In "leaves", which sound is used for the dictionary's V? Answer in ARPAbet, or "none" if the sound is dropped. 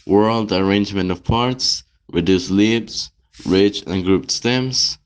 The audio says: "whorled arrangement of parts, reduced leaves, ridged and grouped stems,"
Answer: B